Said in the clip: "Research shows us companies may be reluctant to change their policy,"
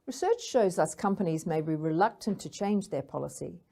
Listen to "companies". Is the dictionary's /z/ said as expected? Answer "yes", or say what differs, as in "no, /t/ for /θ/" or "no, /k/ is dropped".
yes